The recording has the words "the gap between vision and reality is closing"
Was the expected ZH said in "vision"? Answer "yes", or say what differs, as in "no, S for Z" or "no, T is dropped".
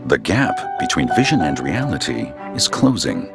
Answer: yes